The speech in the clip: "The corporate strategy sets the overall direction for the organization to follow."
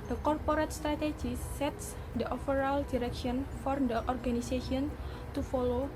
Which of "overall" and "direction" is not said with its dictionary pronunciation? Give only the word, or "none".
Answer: overall